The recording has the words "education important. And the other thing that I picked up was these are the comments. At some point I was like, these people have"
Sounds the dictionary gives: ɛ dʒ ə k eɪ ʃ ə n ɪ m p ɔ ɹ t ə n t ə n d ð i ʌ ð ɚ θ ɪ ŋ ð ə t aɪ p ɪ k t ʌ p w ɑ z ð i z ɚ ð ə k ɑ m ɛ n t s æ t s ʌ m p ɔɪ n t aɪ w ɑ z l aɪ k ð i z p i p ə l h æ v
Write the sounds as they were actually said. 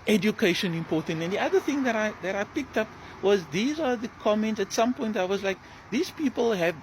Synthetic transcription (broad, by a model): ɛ dʒ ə k eɪ ʃ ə n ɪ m p ɔ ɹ t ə n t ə n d ð i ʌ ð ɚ θ ɪ ŋ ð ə t aɪ p ɪ k t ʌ p w ɑ z ð i z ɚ ð ə k ɑ m ɛ n t s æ t s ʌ m p ɔɪ n t aɪ w ɑ z l aɪ k ð i z p i p ə l h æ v